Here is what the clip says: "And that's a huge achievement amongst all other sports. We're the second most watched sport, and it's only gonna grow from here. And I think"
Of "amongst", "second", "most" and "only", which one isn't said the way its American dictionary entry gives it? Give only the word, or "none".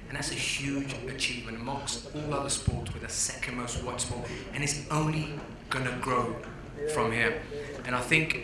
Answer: amongst